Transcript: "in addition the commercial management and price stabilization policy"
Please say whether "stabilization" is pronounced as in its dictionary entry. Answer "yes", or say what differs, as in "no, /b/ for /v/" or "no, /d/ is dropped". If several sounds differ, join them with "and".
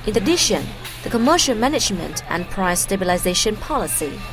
yes